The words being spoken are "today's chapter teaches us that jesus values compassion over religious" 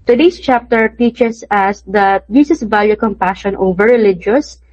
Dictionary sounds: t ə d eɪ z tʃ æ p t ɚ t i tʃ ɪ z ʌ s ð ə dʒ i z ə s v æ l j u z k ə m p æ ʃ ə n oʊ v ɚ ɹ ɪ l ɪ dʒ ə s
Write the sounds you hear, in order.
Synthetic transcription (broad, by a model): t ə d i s tʃ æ p t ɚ t i tʃ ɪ s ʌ s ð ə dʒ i s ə s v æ l j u k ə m p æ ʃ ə n oʊ v ɚ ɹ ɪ l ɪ dʒ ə s